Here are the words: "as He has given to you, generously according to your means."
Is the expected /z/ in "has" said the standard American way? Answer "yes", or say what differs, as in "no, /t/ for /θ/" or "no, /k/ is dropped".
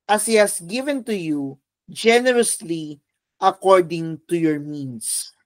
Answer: no, /s/ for /z/